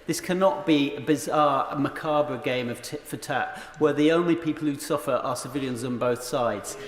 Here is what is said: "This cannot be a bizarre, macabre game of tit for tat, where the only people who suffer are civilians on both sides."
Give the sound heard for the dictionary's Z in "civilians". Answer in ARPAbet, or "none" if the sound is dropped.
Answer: Z